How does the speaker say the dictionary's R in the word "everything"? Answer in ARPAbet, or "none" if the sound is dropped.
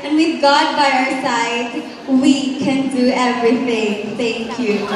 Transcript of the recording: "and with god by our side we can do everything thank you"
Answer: R